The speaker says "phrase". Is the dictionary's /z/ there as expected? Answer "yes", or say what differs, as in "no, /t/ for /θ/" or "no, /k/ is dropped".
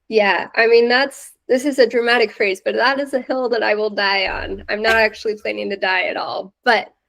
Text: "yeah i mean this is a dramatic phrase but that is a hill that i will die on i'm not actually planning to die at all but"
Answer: yes